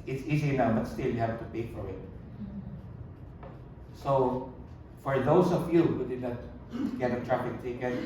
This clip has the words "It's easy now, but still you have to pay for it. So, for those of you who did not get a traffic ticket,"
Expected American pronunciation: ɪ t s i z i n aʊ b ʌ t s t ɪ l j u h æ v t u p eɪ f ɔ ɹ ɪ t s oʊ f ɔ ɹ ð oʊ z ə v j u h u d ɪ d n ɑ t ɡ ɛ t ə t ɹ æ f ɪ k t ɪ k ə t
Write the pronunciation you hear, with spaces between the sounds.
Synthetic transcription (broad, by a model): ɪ t s i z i n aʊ b ʌ t s t ɪ l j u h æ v t u p eɪ f ɔ ɹ ɪ t s oʊ f ɔ ɹ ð oʊ s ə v j u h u d ɪ d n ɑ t ɡ ɛ t ə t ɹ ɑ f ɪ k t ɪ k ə